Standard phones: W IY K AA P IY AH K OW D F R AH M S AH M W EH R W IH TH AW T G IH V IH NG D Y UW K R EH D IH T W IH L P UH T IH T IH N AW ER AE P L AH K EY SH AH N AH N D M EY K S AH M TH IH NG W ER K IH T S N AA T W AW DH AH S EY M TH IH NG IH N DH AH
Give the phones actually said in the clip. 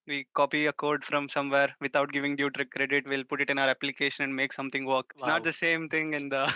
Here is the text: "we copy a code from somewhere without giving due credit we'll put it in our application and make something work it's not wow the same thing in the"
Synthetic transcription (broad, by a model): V IY K AA P IY AH K OW D F R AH M S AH M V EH R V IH T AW T G IH V IH NG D Y UW K R EH D IH T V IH L P UH T IH T IH N AW ER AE P L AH K EY SH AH N AH N D M EY K S AH M T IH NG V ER K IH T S N AA T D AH S EY M T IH NG IH N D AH